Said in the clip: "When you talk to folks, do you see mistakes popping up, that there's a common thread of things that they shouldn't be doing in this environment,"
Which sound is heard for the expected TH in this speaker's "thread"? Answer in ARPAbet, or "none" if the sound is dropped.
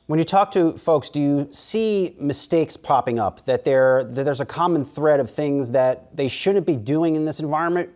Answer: TH